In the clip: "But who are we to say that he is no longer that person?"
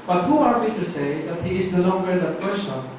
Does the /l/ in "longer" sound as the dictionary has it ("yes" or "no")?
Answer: no